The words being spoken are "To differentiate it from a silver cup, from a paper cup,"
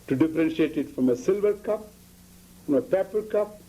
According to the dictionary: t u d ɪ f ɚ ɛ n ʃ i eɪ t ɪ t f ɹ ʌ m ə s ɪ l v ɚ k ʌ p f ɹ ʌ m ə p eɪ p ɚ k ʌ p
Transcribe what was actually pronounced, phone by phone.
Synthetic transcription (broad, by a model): t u d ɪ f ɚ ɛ n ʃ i eɪ t ɪ t f ɹ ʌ m ə s ɪ l v ɚ k ʌ p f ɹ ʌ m ə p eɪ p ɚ k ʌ p